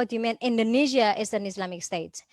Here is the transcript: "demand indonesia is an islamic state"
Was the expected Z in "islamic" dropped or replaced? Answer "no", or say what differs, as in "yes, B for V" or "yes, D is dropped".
yes, S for Z